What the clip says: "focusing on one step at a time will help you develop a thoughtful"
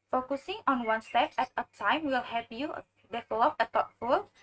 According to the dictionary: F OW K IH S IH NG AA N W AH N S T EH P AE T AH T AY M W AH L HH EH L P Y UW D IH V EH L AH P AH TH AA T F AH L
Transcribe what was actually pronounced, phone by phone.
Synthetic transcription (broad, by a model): F OW K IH S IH NG AA N W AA N S T EH P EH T AH T AY M W AH L HH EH P Y UW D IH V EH L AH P AH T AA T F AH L